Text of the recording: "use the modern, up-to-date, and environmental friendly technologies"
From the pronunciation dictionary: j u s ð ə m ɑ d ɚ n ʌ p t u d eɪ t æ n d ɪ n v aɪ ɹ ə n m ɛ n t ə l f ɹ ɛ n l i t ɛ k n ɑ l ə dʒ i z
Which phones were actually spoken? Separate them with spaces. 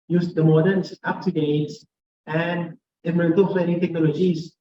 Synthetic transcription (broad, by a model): j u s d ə m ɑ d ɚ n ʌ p t u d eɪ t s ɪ n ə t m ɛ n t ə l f ɛ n i t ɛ k n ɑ l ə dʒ i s